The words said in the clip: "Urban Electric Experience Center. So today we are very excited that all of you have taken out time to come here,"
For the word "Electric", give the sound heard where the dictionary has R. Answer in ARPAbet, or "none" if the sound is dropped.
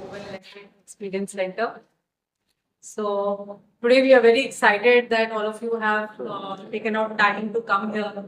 none